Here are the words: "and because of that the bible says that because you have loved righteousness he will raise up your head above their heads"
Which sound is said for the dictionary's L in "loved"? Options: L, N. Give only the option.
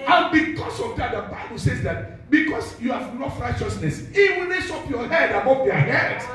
N